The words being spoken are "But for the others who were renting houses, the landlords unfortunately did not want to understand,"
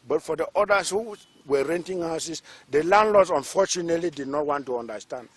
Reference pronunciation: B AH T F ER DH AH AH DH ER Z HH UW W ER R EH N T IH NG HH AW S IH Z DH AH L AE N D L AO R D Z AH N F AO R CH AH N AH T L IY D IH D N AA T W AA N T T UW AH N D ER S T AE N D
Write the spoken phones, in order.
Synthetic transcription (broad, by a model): B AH T F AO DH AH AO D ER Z HH UW W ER R EH N T IH NG HH AW S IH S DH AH L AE N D L AO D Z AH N F AO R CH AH N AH T L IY D IH D N AA T W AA N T T UW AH N D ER S T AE N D